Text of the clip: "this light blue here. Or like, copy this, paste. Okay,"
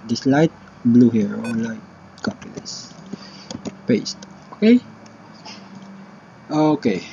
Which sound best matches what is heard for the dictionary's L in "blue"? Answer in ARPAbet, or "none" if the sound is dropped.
L